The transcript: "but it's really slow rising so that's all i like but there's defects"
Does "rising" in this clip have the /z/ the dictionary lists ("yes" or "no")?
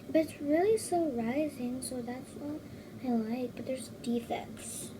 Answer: yes